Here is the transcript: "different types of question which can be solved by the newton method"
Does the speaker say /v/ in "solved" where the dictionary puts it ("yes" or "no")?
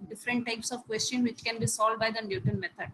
no